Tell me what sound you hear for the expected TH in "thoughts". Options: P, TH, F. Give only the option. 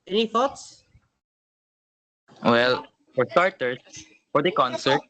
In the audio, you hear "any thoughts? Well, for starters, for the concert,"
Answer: F